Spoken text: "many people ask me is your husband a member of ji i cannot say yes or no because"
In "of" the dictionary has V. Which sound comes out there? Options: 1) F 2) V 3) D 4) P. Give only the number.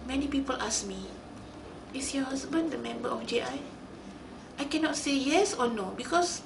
1